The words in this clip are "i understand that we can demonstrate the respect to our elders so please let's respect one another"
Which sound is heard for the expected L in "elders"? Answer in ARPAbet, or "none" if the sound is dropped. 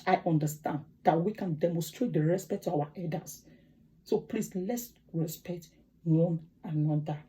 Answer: none